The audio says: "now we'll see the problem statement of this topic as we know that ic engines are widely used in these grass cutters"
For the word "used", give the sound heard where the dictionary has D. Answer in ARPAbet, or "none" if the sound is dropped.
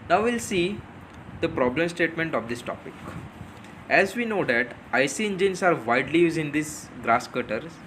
none